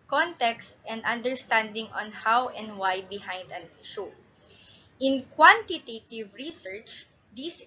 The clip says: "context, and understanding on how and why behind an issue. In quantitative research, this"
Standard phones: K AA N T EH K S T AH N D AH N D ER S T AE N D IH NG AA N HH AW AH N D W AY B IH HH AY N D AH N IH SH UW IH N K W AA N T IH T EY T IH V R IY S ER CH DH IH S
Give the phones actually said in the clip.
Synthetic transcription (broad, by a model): K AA N T EH K S T AH N D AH N D ER S T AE N D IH NG AA N HH AW AH N D W AY B IH HH AY N D AH N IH SH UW IH N K W AA N T IH T EY T IH V R IY S ER CH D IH S